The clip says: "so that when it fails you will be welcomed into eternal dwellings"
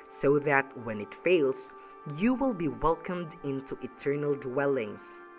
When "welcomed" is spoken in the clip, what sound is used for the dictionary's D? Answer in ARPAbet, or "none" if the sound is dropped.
D